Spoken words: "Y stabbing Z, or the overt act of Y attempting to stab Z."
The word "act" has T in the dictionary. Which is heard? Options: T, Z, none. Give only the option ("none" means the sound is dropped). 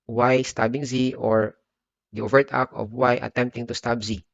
none